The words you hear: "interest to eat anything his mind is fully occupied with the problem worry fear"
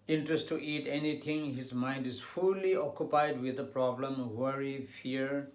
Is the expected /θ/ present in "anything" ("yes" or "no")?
no